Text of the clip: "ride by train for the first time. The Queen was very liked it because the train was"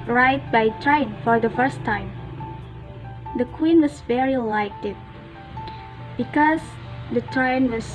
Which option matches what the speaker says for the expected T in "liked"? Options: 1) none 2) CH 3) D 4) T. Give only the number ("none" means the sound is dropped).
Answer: 1